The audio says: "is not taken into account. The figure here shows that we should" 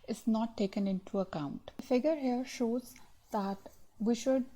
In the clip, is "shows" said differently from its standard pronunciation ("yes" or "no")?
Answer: no